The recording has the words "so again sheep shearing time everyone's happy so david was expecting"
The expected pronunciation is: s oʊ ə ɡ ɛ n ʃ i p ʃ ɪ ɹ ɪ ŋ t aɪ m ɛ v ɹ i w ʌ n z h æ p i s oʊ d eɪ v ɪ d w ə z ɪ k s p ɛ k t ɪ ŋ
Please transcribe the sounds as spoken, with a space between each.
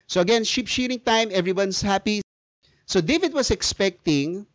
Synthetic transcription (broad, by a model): s oʊ ə ɡ ɛ n ʃ i p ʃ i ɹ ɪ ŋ t aɪ m ɛ v ɹ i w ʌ n s h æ p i s oʊ d eɪ v ɪ d w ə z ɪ k s p ɛ k t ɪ ŋ